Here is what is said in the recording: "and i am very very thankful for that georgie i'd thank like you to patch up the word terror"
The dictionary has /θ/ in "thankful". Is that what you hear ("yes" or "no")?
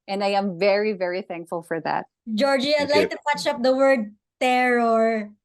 yes